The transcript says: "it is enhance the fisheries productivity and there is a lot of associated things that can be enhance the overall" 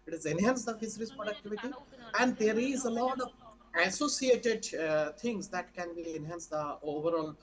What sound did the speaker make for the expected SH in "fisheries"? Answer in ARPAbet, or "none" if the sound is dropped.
S